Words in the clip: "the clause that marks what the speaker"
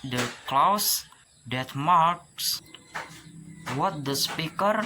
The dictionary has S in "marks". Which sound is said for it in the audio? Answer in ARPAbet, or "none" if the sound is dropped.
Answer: S